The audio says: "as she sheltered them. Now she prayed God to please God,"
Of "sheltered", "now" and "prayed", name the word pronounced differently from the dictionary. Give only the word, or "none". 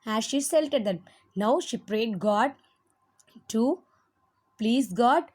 sheltered